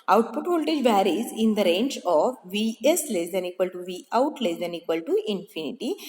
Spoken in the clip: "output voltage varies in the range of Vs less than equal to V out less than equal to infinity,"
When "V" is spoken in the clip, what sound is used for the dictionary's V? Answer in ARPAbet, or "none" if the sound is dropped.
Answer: V